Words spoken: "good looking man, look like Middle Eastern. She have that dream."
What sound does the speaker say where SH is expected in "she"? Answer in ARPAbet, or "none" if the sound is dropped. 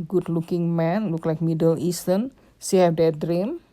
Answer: S